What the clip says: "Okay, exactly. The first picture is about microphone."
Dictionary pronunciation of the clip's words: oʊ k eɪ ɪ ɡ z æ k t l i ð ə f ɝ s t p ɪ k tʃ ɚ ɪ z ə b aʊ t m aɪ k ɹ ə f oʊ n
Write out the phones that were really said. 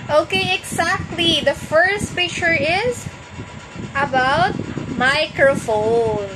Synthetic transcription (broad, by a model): oʊ k eɪ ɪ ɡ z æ k t l i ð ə f ɝ s t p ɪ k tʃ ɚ ɪ z ə b aʊ t m aɪ k ɹ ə f oʊ n